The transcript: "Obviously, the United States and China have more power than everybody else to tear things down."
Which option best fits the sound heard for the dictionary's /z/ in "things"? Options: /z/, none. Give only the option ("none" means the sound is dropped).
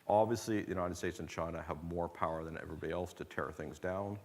/z/